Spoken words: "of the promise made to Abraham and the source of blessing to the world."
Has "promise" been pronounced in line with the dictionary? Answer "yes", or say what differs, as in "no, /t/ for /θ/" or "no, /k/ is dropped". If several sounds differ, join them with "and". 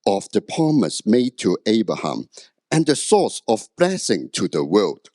no, /ɹ/ is dropped